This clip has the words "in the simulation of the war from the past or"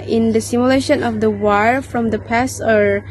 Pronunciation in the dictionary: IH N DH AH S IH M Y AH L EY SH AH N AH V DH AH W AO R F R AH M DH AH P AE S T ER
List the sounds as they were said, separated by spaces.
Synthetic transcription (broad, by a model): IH N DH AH S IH M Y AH L EY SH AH N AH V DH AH W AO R F R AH M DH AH P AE S ER